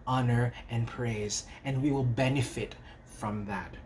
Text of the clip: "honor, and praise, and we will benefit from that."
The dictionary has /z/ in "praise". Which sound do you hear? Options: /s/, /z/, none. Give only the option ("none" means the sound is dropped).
/z/